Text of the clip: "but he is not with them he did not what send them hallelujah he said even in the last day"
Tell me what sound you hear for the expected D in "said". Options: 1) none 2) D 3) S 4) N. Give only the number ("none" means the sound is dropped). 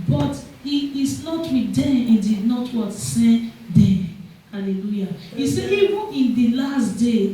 1